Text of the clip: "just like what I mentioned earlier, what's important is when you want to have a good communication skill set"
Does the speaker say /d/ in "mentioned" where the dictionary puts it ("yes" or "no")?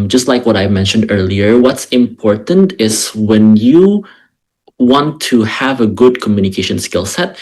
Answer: yes